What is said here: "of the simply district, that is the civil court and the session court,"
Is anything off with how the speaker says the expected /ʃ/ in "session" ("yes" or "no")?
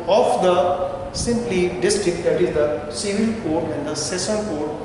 yes